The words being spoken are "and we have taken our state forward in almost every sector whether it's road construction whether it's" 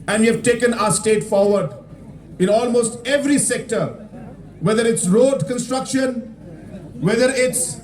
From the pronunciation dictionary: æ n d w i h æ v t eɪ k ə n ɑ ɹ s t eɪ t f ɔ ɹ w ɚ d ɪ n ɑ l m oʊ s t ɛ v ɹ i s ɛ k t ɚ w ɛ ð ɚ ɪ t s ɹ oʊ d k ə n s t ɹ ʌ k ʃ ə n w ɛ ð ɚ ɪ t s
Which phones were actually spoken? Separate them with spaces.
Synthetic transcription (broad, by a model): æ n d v i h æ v t eɪ k ə n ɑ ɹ s t eɪ t f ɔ ɹ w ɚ d ɪ n ɑ l m oʊ s t ɛ v ɹ i s ɛ k t ɚ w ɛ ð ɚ ɪ t s ɹ oʊ d k ə n s t ɹ ʌ k ʃ ə n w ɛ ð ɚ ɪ t s